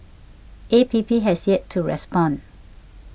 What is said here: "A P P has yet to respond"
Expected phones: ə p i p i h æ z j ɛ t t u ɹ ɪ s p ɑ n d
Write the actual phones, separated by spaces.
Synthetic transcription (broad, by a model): ə p i p i h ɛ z j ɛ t t u ɹ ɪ s p ɑ n